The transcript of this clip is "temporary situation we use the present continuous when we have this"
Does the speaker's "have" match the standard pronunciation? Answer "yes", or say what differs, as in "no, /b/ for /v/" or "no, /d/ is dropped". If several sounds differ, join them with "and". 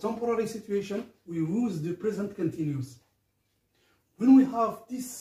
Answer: yes